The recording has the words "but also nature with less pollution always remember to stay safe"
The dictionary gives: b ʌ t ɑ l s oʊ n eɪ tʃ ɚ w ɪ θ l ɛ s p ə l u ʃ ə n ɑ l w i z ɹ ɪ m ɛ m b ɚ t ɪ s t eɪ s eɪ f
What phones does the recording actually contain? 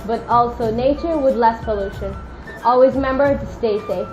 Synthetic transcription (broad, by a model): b ʌ t ɑ l s oʊ n eɪ tʃ ɚ w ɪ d l ɛ s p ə l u ʃ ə n ɑ l w i z m ɛ m b ɚ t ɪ s t eɪ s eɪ